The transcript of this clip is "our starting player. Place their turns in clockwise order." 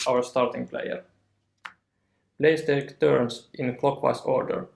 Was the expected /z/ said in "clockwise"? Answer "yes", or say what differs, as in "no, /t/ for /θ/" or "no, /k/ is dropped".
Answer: no, /s/ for /z/